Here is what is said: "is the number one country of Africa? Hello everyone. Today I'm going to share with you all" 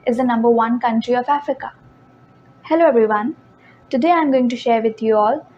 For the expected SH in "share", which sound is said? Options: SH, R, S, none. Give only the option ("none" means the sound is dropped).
SH